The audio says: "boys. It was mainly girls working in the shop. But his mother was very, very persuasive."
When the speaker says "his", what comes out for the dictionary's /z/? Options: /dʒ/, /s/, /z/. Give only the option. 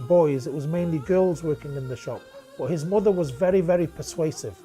/z/